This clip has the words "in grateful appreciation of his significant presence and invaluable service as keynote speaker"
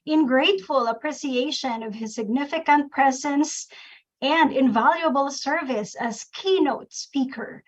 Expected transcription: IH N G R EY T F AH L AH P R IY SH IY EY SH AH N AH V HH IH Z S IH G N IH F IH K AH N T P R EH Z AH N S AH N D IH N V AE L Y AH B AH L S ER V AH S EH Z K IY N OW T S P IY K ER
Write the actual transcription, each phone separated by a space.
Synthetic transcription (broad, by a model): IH N G R EY T F AH L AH P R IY S IY EY SH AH N AH V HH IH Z S IH G N IH F IH K AH N T P R EH Z AH N S AH N D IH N V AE L Y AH B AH L S ER V AH S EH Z K IY N OW T S P IY K ER